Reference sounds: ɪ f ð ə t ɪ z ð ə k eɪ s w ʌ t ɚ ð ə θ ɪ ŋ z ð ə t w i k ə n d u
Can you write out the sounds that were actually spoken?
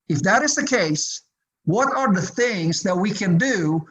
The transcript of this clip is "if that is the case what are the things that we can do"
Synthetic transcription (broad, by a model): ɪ f ð ə t ɪ z ð ə k eɪ s w ʌ t ɚ ð ə θ ɪ ŋ z ð ə t w i k ə n d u